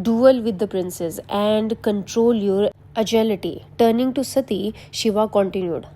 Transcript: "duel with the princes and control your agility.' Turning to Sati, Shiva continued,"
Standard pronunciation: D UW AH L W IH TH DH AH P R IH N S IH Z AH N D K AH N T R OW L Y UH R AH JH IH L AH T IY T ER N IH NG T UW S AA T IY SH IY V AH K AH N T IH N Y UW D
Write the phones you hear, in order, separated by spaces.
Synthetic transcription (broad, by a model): D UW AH L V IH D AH P R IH N S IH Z AH N D K AH N T R OW L Y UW R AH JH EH L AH T IY T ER N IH NG T UW S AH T IY SH IY V AH K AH N T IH N Y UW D